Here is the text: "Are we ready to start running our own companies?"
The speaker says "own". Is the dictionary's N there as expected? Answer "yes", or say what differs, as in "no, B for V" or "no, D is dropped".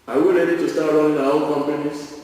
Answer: no, L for N